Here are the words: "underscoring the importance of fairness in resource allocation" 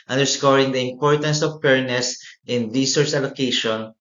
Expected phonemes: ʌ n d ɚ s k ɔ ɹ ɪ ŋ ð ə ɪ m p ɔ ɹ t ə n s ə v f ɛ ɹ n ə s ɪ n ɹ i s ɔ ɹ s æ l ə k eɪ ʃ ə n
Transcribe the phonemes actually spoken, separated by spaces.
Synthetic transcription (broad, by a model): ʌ n d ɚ s k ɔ ɹ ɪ ŋ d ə ɪ m p ɔ ɹ t ə n s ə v p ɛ ɹ n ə s ɪ n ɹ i s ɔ ɹ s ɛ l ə k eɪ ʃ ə n